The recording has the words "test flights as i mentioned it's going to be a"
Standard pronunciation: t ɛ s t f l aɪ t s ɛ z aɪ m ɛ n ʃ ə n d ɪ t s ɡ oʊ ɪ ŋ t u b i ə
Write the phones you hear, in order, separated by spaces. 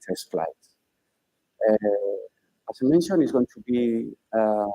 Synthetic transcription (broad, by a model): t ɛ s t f l aɪ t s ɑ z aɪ m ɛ n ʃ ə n ɪ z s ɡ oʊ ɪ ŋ t u b i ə